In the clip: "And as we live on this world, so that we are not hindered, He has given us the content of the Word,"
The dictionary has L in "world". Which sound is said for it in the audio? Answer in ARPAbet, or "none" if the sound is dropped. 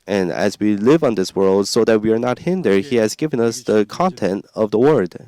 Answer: L